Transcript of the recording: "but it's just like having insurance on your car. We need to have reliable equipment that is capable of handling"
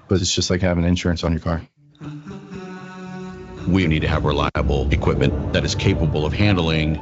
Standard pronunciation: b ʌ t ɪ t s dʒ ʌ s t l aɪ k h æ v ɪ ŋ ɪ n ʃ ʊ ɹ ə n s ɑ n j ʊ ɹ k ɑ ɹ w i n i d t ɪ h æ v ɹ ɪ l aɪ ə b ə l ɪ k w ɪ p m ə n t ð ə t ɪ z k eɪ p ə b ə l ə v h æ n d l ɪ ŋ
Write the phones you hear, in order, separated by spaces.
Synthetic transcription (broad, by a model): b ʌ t ɪ t s dʒ ʌ s t l aɪ k h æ v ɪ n ɪ n ʃ ʊ ɹ ə n s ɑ n j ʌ ɹ k ɑ ɹ w i n i d t ɪ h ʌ v ɹ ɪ l aɪ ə b l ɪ k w ɪ p m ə n ð ə t ɪ z k eɪ p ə b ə l ə v h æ n d l ɪ ŋ